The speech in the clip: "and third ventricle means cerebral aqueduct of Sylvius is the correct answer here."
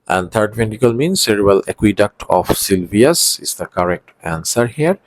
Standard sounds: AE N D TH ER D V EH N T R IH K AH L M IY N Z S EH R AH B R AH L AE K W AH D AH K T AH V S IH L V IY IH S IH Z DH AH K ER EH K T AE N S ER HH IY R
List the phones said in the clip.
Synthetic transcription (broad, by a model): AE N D T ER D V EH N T IH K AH L M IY N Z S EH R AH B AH L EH K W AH D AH K T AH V S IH L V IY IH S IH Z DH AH K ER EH K T AE N S ER HH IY R